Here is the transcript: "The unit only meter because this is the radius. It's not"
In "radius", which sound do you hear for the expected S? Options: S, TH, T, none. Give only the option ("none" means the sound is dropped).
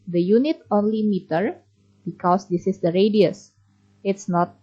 S